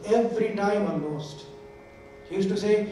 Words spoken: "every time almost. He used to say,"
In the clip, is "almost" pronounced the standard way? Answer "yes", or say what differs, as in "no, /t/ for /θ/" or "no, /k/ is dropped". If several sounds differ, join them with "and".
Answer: no, /l/ is dropped